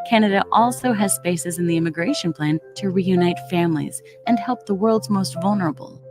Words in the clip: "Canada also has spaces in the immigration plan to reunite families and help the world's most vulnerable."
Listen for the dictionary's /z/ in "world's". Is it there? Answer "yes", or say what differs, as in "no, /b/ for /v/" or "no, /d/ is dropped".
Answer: yes